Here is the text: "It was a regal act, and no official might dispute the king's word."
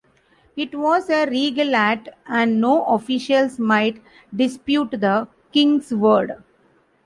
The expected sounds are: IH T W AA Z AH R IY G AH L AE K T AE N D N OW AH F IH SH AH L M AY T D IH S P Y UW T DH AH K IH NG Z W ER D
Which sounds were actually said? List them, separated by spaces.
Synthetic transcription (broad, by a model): IH T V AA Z AH R IY G AH L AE T AE N D N OW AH F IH SH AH L M AY T D IH S P Y UW T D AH K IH NG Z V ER D